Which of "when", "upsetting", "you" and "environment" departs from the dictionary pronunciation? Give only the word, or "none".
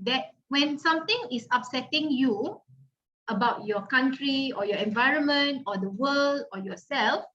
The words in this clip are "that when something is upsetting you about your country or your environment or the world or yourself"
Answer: none